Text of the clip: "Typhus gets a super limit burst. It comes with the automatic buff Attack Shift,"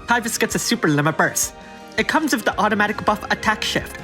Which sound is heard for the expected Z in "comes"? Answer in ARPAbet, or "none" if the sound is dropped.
Z